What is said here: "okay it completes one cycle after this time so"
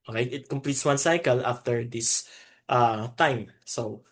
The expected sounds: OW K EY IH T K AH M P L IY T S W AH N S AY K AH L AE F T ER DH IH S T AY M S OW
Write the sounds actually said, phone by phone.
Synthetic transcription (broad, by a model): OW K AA IH T K AH M P L IY T S W AH N S AY K AH L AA F T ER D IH S T AY M S OW